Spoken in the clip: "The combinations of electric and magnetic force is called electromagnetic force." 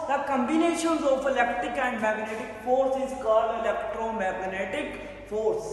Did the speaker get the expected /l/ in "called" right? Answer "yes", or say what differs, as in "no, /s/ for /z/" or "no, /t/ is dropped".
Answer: no, /l/ is dropped